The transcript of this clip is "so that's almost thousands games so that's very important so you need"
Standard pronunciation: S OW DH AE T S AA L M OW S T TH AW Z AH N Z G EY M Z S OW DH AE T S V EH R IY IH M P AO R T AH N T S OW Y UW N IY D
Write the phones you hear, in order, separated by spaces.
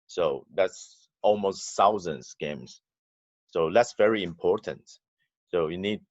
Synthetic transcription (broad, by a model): S OW DH AE T S AA L M OW S T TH AW Z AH N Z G EY M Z S OW DH AE T S V EH R IY IH M P AO R T AH N T S OW Y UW N IY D